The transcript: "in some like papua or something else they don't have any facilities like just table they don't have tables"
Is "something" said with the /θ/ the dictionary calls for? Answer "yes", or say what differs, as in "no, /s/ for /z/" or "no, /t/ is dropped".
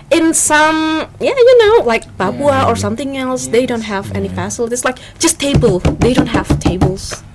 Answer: yes